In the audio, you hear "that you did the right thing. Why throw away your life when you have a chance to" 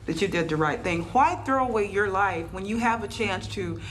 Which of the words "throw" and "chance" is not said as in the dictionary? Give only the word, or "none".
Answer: none